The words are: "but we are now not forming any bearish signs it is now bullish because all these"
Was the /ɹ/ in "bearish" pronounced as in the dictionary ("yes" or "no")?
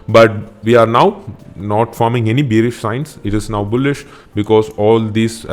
yes